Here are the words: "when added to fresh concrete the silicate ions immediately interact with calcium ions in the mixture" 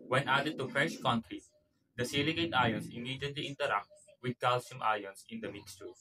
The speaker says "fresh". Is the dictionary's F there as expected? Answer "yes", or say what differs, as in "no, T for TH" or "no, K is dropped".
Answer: yes